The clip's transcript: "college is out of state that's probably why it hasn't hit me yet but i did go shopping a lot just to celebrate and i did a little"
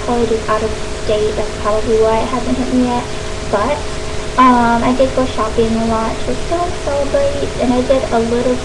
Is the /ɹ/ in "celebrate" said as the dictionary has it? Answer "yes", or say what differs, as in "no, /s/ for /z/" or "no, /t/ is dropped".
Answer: no, /ɹ/ is dropped